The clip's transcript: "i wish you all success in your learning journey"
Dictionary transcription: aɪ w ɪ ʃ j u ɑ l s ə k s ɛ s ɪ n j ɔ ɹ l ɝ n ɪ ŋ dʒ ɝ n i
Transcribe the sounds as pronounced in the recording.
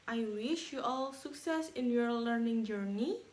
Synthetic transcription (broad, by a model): aɪ w ɪ ʃ j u ɑ l s ə k s ɛ s ɪ n j ɔ ɹ l ɝ n ɪ ŋ dʒ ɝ n i